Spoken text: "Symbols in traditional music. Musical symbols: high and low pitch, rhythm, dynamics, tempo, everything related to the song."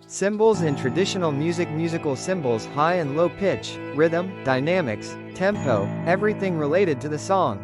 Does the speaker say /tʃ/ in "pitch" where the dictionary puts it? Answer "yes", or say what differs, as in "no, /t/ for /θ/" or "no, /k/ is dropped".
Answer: yes